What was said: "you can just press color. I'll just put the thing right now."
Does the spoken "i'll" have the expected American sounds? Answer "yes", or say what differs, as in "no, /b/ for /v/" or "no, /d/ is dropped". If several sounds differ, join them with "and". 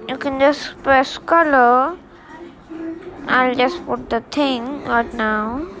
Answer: yes